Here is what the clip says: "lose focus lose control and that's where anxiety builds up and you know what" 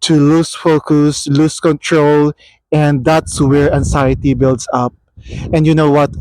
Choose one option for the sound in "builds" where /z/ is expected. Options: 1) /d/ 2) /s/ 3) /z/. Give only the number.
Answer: 2